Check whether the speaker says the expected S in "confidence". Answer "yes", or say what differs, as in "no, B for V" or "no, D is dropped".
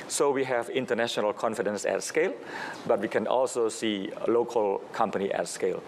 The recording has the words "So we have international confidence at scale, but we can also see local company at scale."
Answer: yes